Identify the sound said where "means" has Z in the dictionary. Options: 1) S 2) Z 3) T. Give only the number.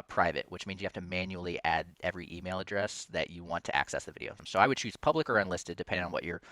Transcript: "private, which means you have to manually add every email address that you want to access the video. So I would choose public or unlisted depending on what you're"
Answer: 2